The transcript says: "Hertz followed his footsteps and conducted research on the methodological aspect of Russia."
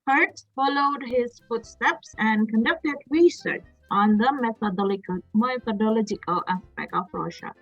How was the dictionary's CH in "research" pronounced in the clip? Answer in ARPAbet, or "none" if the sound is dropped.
CH